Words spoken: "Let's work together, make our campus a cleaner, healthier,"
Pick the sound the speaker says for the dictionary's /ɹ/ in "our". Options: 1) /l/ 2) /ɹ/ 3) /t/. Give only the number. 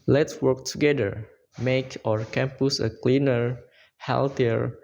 2